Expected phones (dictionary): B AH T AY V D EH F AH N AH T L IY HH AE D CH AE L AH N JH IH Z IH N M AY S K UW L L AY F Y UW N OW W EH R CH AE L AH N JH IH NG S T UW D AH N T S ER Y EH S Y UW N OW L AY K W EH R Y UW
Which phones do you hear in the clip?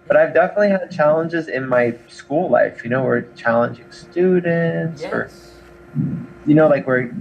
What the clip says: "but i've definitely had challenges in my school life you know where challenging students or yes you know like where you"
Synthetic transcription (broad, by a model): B AH T AY V D EH F AH N AH T L IY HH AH D CH AE L AH N JH IH Z IH N M AY S K UW L L AY F Y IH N OW W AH R CH AE L AH N JH IH NG S T UW D N T S ER Y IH N OW L AY K W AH R